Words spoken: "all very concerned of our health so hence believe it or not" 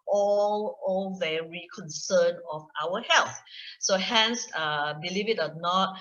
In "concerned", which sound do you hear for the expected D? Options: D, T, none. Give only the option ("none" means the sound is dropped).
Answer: none